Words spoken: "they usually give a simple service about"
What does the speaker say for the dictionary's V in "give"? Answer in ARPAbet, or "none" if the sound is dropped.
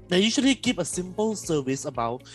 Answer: P